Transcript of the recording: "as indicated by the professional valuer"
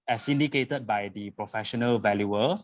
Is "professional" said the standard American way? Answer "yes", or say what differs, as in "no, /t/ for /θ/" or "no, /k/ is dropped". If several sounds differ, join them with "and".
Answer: yes